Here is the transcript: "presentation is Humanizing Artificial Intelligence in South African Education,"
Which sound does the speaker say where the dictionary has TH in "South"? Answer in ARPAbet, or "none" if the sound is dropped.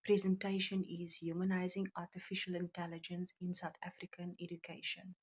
T